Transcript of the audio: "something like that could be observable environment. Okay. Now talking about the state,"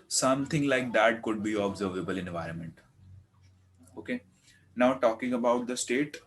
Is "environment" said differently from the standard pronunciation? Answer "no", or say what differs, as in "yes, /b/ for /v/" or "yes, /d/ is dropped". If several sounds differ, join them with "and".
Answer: no